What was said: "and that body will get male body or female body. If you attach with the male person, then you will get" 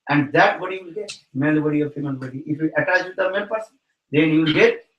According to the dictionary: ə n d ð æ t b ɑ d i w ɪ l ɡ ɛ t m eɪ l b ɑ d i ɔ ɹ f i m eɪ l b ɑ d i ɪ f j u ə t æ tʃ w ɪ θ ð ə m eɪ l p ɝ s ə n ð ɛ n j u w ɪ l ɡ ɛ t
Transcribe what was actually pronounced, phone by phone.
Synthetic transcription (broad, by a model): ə n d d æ t b ɑ d i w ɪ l ɡ ɛ t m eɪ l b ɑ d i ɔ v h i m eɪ n b ɑ d i ɪ f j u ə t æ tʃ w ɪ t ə m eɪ n p ɝ s ə n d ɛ n j u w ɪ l ɡ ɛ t